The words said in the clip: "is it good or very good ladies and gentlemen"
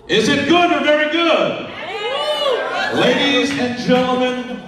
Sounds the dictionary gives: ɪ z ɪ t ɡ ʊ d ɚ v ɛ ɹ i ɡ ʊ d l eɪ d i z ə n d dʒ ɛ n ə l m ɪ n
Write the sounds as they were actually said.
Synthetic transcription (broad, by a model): ɪ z ɪ t ɡ ʊ d ɚ v ɛ ɹ i ɡ ʊ d l eɪ d i z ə n dʒ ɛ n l m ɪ n